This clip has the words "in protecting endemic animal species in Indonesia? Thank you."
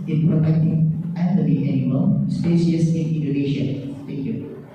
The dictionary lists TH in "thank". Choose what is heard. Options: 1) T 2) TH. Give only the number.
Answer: 1